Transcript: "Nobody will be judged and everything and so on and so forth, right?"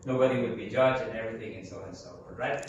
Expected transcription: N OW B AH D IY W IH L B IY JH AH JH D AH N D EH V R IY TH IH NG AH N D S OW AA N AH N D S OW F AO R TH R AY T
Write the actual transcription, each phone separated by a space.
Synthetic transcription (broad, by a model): N OW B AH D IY W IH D B IY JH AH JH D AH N EH V R IY TH IH NG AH N S OW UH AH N S OW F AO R R AY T